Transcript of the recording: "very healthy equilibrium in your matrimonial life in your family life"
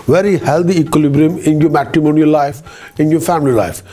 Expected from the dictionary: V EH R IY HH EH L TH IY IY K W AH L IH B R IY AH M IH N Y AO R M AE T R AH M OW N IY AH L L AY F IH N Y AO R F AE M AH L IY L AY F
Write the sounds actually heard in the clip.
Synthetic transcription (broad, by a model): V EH R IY HH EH L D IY IY K W AH L IH B R IY AH M IH N Y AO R M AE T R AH M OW N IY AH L L AY F IH N Y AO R F AE M AH L IY L AY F